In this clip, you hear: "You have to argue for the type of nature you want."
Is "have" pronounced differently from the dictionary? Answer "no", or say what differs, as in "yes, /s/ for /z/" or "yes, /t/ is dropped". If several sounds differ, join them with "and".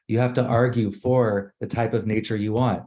yes, /f/ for /v/